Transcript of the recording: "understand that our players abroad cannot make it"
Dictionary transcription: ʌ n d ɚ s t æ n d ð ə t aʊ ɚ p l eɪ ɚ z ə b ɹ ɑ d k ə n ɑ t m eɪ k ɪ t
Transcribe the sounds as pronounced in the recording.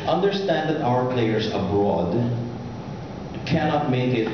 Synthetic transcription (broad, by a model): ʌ n d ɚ s t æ n d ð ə t aʊ ɚ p l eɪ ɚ s ə b ɹ ɑ d k ə n ɑ t m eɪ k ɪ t